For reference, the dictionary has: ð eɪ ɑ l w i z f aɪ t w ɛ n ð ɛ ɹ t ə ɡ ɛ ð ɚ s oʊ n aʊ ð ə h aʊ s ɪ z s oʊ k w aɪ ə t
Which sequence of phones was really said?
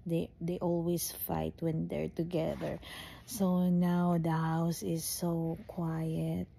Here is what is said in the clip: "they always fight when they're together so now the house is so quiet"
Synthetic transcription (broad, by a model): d eɪ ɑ l w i s f aɪ t w ɛ n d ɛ ɹ t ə ɡ ɛ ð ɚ s oʊ n aʊ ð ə h aʊ s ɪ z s oʊ k w aɪ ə t